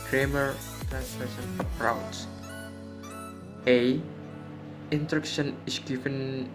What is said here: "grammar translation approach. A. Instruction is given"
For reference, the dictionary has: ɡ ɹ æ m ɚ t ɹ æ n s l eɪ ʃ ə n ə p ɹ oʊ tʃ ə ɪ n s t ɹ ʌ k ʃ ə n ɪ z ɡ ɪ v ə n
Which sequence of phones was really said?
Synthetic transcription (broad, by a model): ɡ ɹ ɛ m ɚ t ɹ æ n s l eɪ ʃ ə n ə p ɹ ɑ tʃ ə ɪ n t ɹ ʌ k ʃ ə n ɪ s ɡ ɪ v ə n